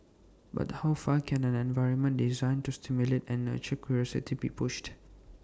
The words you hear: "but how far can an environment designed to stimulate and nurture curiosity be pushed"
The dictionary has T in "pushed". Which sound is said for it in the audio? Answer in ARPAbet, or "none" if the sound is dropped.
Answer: T